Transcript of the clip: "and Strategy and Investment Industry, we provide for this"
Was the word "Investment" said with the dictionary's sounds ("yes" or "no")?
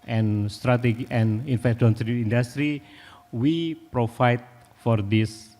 no